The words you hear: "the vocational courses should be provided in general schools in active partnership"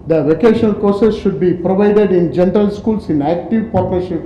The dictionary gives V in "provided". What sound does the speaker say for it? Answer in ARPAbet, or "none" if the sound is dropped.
V